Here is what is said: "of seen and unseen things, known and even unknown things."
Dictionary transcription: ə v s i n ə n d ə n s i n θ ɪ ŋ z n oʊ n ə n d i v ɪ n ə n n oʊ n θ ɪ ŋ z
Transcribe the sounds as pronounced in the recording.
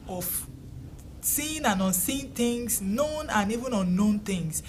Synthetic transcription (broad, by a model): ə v s i n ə n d ə n s i n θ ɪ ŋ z n oʊ n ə n i v ɪ n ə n n oʊ n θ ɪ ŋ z